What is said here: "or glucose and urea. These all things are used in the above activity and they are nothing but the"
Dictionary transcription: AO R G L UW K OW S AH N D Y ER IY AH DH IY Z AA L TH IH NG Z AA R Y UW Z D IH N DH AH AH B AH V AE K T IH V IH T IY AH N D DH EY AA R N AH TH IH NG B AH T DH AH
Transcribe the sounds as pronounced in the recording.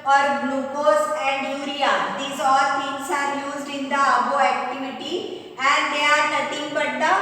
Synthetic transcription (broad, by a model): AO R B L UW K OW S AH N D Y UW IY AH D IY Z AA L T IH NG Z AA R Y UW Z D IH N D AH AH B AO AE K T IH V IH T IY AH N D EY AA R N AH T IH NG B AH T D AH